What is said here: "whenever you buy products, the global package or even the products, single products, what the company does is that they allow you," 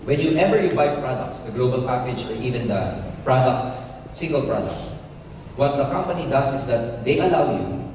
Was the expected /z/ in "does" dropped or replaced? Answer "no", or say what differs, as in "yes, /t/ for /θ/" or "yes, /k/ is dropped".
yes, /s/ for /z/